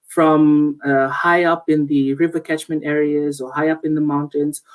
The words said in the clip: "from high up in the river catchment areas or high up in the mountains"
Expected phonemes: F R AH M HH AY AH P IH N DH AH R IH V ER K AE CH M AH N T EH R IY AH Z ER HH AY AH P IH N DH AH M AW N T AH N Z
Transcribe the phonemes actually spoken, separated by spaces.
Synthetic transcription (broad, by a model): F R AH M HH AY AH P IH N DH AH R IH V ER K AE CH M AH N T EH R IY AH Z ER HH AY AH P IH N DH AH M AW N T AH N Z